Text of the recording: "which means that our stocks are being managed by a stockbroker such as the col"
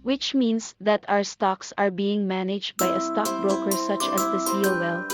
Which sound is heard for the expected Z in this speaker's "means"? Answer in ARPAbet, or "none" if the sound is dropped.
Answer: S